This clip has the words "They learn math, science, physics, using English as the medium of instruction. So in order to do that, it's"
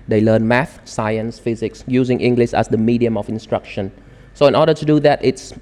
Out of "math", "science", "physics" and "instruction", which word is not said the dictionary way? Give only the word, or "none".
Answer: none